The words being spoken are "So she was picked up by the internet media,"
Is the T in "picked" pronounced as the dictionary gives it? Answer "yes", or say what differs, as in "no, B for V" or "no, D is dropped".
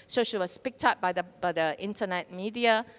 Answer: yes